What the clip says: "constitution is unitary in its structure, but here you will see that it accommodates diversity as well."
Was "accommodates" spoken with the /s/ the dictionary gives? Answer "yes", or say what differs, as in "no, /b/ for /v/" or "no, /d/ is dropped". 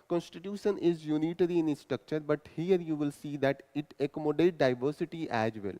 no, /s/ is dropped